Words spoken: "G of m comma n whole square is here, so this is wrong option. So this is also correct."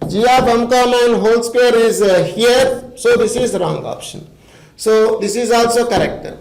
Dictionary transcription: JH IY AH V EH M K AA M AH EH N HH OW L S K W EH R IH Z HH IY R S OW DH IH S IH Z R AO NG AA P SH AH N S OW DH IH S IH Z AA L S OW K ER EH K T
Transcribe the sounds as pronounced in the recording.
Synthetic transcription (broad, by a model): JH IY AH B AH M K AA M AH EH N HH OW L S K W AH R IH Z HH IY R S OW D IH S IH Z R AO NG AA P SH AH N S OW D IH S IH Z AA L S OW K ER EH K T